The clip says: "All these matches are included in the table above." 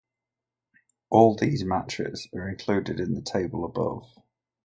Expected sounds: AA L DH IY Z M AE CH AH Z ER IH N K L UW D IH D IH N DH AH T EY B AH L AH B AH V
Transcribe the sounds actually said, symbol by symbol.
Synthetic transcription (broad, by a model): AA L DH IY Z M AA CH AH S ER IH N K L UW D IH D IH N DH AH T EY B AH L AH B AH V